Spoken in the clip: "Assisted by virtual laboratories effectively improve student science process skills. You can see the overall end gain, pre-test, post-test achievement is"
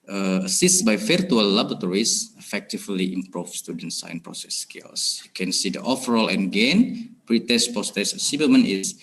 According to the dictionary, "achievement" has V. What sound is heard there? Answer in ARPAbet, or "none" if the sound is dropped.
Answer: none